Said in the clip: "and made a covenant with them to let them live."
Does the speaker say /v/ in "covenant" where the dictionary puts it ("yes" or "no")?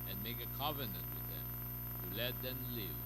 yes